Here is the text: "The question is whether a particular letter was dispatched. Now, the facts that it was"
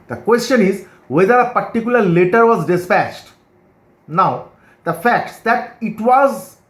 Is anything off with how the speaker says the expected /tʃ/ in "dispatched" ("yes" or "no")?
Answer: no